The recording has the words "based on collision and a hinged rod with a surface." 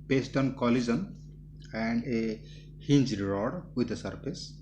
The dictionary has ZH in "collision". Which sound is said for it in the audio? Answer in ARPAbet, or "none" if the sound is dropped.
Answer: Z